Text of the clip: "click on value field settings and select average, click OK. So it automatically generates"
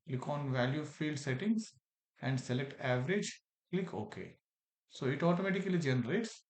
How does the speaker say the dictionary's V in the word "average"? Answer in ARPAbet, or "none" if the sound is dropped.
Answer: V